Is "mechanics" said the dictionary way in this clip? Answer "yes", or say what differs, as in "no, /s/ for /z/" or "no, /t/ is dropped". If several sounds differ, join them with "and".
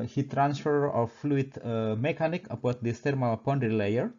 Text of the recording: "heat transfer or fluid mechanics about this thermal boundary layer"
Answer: no, /s/ is dropped